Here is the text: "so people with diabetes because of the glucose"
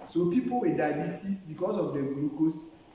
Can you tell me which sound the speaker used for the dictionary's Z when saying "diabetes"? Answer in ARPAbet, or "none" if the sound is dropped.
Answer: S